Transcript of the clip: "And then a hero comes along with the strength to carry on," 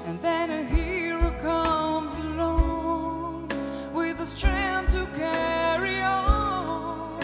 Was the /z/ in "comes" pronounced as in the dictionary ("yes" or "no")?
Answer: yes